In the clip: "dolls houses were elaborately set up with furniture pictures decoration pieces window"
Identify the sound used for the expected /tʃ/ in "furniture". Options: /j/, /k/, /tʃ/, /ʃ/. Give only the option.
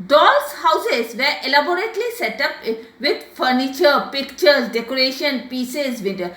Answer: /tʃ/